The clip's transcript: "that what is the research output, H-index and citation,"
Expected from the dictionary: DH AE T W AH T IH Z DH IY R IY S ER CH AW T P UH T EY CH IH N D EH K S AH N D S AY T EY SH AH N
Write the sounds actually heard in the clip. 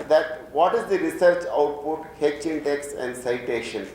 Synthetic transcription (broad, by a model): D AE T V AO T IH Z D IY R IY S ER CH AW T P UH T EY CH IH N D EH K S AH N D S AY T EY SH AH N